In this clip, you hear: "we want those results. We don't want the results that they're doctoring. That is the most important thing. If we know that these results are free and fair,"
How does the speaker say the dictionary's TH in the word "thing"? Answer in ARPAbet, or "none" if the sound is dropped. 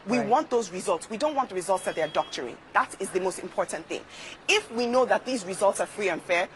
TH